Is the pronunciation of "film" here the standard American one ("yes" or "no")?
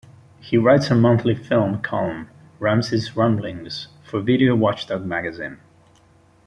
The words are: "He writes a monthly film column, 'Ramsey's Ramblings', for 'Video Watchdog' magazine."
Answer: yes